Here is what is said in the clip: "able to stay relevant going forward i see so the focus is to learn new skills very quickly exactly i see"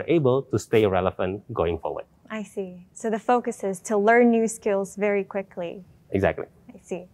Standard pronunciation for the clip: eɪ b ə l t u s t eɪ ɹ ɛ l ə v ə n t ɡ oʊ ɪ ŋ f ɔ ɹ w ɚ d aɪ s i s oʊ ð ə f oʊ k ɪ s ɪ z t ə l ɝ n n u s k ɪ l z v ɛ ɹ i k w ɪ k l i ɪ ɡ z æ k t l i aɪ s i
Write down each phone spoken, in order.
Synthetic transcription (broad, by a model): eɪ b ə l t u s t eɪ ɹ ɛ l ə f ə n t ɡ oʊ ɪ ŋ f ɔ ɹ w ɚ d aɪ s i s oʊ ð ə f oʊ k ɪ s ɪ z t ə l ɝ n n u s k ɪ l z v ɛ ɹ i k w ɪ k l i ɪ ɡ z æ k t l i aɪ s i